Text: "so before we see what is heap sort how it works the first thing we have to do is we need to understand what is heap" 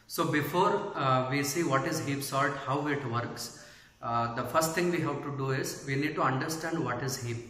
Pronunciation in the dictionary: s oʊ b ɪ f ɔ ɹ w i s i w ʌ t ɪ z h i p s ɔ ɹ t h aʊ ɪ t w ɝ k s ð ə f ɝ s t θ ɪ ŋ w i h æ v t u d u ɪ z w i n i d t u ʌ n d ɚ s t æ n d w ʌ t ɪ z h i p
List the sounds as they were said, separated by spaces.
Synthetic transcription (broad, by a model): s oʊ b ɪ f ɔ ɹ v i s i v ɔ t ɪ z h i p s ɔ l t h aʊ ɪ t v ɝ k s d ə f ɝ s t t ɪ ŋ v i h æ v t u d u ɪ z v i n i d t u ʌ n d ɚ s t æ n d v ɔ t ɪ z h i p